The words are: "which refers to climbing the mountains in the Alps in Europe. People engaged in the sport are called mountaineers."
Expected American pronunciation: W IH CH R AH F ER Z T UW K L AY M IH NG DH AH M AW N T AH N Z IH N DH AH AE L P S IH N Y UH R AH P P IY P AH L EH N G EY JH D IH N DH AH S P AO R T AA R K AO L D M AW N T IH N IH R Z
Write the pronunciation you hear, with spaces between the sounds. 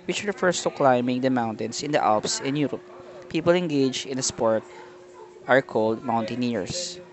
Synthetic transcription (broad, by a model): W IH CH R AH F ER S T UW K L AY M IH NG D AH M AW N T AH N S IH N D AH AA L P S IH N Y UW R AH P P IY P AH L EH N G EY JH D IH N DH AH S P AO R T AA R K AO L D M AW N T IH N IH R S